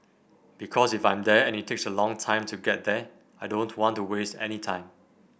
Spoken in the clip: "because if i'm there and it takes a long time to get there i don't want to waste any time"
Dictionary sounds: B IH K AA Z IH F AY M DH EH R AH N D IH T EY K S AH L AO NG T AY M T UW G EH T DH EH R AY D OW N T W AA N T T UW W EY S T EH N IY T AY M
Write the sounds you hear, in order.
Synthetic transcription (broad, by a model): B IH K AA S IH F AY M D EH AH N IH T EY K S AH L AO NG T AY M T UW G EH T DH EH AY D OW N T W AA N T T UW W EY S T EH N IY T AY M